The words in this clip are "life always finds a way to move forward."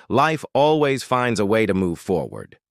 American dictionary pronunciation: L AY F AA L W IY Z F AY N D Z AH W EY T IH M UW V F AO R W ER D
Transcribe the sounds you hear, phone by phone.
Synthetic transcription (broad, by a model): L AY F AA L W IY Z F AY N D Z AH W EY T IH M UW V F AO R W ER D